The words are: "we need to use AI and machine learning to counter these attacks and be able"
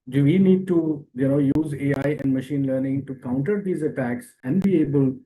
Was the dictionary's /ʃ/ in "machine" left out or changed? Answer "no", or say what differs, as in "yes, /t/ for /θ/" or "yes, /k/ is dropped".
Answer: no